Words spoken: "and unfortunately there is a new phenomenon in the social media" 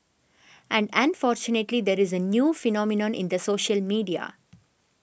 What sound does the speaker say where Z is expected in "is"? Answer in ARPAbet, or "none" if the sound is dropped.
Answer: Z